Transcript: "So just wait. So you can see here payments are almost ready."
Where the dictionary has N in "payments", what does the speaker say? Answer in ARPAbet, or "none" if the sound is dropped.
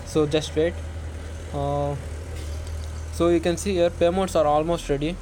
none